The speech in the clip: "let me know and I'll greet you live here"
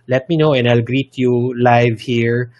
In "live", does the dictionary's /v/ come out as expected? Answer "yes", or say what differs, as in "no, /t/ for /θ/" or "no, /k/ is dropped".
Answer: yes